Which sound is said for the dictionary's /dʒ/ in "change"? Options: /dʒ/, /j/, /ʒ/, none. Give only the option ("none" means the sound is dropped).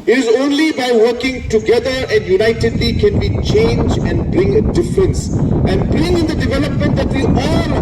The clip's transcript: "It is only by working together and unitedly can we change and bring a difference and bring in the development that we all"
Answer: /dʒ/